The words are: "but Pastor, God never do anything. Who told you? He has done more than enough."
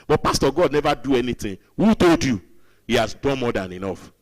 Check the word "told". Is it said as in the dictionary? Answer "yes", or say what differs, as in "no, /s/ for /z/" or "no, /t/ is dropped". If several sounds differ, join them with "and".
yes